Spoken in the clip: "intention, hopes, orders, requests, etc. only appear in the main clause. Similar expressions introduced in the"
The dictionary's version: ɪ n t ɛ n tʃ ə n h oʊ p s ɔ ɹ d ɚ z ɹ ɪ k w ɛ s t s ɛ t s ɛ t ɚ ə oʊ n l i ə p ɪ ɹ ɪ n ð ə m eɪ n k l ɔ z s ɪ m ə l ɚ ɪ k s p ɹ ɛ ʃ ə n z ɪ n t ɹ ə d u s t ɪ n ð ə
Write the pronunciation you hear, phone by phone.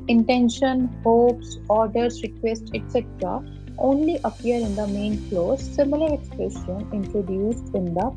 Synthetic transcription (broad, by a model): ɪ n t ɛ n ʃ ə n h oʊ p s ɔ ɹ d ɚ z ɹ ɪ k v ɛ s t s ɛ t s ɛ t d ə oʊ n l i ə p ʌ ɹ ɪ n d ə m eɪ n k l ɔ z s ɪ m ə l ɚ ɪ k s p ɹ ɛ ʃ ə n ɪ n t ɹ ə d u s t ɪ n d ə